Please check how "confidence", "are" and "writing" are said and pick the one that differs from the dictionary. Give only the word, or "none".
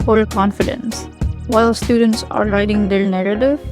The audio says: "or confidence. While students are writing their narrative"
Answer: none